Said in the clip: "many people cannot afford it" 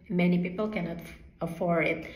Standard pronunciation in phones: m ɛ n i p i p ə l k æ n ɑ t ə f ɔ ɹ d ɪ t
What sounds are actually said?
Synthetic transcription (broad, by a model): m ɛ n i p i p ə l k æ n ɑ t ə f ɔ ɹ ɪ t